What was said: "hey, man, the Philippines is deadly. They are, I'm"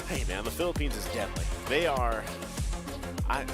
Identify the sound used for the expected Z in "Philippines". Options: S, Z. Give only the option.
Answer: Z